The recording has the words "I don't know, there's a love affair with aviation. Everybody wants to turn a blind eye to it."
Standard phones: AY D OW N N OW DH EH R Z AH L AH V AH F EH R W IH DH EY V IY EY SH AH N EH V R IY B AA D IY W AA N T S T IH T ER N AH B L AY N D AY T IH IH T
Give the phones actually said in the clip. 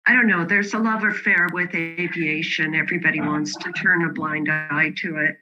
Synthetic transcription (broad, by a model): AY D OW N N OW DH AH R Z AH L AH V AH F EH R W IH DH EY V IY EY SH AH N EH V R IY B AA D IY W AA N T S T IH T ER N AH B L AY N D AY T IH IH T